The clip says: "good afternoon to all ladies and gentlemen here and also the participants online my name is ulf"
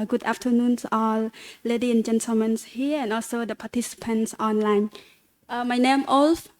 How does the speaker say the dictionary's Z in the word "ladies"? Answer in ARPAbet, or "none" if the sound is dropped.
none